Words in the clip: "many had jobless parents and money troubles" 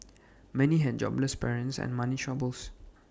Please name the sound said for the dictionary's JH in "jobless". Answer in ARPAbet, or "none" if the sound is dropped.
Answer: JH